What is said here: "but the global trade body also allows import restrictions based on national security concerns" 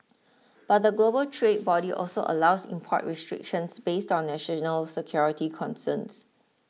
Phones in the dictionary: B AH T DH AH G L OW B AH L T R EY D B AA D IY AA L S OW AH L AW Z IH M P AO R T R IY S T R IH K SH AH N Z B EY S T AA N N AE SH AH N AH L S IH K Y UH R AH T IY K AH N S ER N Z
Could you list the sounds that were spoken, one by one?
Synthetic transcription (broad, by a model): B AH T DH AH G L OW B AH L T R EY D B AA D IY AA L S OW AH L AW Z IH M P AO T R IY S T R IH K SH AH N S B EY S T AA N N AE SH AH N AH L S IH K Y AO R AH T IY K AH N S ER N S